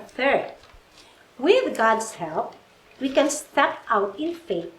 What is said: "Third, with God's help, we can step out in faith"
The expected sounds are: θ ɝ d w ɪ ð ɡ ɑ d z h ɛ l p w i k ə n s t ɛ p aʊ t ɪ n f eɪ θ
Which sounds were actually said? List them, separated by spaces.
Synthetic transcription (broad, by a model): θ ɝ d w ɪ ð ɡ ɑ d s h ɛ l p w i k ə n s t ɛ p aʊ t ɪ n f eɪ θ